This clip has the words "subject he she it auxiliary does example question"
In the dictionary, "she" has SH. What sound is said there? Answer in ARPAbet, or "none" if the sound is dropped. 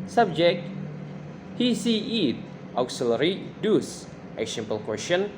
S